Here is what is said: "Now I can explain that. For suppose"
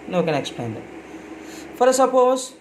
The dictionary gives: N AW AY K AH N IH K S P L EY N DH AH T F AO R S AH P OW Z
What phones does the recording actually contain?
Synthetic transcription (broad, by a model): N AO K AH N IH K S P EY N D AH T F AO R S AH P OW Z